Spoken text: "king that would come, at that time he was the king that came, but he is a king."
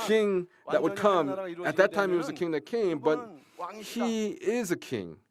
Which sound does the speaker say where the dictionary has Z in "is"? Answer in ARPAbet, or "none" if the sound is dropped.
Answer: Z